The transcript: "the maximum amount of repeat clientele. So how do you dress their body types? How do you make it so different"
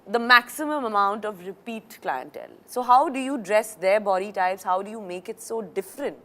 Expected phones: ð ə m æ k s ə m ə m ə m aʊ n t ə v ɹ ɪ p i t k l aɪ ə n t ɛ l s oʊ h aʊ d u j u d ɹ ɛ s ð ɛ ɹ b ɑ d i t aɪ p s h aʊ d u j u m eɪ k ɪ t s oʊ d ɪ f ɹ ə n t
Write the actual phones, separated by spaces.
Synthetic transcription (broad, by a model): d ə m æ k s ə m ə m ə m aʊ n t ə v ɹ ɪ p i t k l aɪ ə n t ɛ l s oʊ h aʊ d u j u d ɹ ɛ s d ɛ ɹ b ɑ d i t aɪ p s h aʊ d u j u m eɪ k ɪ t s oʊ d ɪ f ɹ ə n t